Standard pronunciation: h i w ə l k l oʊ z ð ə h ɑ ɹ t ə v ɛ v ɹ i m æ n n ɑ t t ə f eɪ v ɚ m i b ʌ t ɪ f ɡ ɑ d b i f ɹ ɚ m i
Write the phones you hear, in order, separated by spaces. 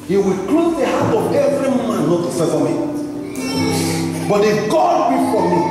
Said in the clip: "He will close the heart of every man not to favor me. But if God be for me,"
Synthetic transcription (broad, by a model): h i w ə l k l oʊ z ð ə h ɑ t ə v ɛ v ɹ i m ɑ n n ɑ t s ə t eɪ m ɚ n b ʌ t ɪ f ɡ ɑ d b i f ɹ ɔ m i